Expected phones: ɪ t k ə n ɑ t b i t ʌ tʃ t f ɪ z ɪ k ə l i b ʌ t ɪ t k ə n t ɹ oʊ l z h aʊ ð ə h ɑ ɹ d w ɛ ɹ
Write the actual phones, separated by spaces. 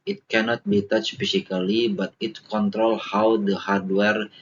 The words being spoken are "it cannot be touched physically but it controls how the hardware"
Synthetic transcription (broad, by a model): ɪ t k ə n ɑ t b i t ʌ tʃ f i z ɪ k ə l i b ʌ t ɪ t k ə n t ɹ oʊ l h aʊ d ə h ɑ ɹ d w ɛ ɹ